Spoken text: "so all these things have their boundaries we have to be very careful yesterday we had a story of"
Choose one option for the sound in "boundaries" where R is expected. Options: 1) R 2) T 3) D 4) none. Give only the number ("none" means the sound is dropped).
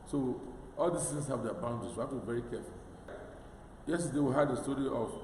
4